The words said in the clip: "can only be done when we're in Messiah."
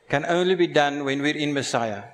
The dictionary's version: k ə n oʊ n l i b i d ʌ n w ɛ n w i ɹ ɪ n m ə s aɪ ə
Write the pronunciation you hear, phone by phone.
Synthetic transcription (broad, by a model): k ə n oʊ n l i b i d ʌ n w ɛ n w i ɹ ɪ n m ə s aɪ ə